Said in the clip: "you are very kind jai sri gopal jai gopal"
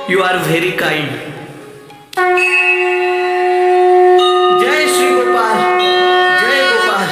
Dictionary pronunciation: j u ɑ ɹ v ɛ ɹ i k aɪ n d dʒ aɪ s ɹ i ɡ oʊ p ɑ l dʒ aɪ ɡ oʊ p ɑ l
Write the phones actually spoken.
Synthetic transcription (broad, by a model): j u ɑ ɹ v ɛ ɹ i k aɪ n d dʒ aɪ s i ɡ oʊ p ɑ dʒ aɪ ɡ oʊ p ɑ